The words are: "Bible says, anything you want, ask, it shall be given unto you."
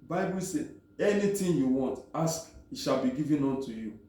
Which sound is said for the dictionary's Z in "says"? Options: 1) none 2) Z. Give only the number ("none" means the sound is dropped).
1